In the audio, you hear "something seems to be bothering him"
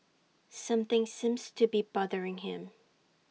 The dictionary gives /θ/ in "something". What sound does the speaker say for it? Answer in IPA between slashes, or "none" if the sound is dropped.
/θ/